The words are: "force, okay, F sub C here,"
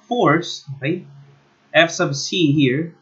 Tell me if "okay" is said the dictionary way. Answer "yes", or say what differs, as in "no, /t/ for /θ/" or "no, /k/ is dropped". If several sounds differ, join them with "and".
no, /k/ is dropped